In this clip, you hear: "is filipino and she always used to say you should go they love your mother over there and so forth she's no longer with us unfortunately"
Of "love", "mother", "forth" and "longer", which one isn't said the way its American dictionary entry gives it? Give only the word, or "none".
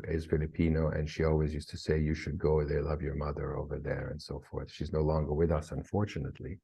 none